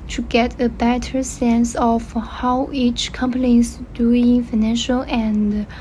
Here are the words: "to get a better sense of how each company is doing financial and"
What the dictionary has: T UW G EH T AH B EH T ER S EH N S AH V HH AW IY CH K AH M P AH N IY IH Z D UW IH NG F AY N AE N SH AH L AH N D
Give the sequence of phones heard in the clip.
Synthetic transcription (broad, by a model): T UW G EH T AH B EH T ER S EH N S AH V HH AW IY CH K AH M P AH N IY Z D UW IH NG F AY N AE N SH AH L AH N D